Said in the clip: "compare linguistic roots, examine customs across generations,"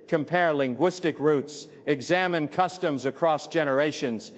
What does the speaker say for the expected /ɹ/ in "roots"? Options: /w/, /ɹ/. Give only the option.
/ɹ/